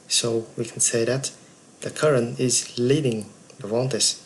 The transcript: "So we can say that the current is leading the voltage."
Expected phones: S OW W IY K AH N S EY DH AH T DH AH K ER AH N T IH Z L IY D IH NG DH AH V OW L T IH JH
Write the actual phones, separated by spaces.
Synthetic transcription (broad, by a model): S OW W IY K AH N S EY DH AH T DH AH K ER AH N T IH Z L IY D IH NG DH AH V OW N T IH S